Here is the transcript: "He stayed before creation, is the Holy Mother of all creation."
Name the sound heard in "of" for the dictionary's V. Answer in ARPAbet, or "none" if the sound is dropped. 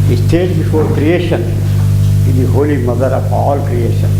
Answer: P